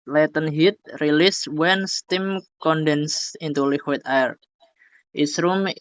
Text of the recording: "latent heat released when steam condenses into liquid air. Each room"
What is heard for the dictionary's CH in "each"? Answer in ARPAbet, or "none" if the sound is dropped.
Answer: S